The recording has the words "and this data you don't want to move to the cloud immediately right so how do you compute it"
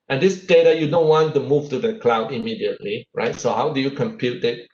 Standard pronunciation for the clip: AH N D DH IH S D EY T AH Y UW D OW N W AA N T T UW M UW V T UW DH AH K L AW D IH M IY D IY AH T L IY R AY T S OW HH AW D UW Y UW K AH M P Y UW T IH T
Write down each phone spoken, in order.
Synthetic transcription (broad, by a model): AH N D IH S D EY T AH Y UW D OW N W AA N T T UW M UW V T UW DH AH K L AW D IH M IY D IY AH T L IY R AY T S OW HH AW D UW Y UW K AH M P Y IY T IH T